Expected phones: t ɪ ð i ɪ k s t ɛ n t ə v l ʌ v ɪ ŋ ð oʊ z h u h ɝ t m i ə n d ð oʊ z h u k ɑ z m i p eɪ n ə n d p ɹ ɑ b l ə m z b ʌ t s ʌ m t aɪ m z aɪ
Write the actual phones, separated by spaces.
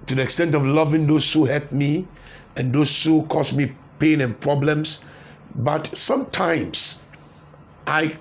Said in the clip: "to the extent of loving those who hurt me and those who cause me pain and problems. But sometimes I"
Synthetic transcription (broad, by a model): t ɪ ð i ɪ k s t ɛ n t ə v l ʌ v ɪ ŋ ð oʊ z h u h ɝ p m i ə n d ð oʊ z h u k ɑ s m i p eɪ n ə n p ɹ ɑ b l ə m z b ʌ t s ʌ m t aɪ m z aɪ